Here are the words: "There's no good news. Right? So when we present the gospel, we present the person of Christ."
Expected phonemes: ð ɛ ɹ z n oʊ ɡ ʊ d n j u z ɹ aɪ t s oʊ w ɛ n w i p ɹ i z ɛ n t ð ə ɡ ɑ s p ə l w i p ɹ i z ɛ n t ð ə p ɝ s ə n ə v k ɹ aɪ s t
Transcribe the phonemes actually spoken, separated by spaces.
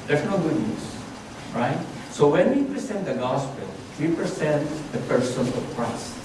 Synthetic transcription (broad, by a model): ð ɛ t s n oʊ ɡ ʊ d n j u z ɹ aɪ t s oʊ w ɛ n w i p ɹ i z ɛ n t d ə ɡ ɑ s p ə l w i p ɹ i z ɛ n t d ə p ɝ s ə n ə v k ɹ aɪ s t